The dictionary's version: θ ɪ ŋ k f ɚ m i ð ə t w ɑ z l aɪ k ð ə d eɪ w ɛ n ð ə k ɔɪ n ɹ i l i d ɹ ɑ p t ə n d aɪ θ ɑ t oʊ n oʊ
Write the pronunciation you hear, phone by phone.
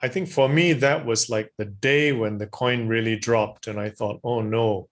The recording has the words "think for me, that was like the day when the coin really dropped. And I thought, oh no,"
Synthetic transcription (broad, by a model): θ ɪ ŋ k f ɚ m i ð ə t w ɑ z l aɪ k ð ə d eɪ w ɛ n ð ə k ɔɪ n ɹ i l i d ɹ ɑ p t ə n aɪ θ ɑ t oʊ n oʊ